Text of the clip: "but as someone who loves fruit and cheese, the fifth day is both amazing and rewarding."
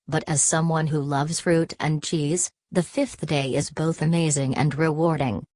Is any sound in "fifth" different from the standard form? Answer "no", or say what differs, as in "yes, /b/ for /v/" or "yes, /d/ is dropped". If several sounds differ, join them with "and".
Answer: no